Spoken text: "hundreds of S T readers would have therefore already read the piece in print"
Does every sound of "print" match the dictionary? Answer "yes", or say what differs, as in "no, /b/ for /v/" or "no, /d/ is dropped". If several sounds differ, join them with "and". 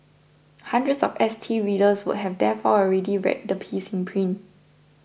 no, /t/ is dropped